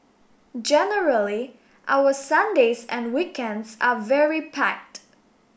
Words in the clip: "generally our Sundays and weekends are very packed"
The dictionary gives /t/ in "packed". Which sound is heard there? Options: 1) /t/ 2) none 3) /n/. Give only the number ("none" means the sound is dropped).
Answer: 1